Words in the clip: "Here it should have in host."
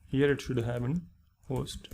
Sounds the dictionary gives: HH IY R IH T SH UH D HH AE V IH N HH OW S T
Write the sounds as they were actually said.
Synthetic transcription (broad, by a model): HH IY R IH T SH UH D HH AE P IH N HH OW S T